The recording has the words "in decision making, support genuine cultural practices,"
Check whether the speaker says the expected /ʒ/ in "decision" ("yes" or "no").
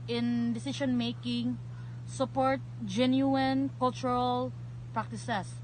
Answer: no